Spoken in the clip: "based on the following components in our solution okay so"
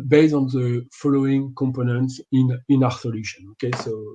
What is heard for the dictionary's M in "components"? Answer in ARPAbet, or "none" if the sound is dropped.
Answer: M